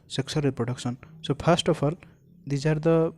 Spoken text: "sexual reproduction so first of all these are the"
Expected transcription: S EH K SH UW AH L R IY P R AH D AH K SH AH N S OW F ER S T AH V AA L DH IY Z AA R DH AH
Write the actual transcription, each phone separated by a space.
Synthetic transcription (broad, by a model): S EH K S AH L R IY P R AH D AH K S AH N S OW P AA S T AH P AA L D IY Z AA R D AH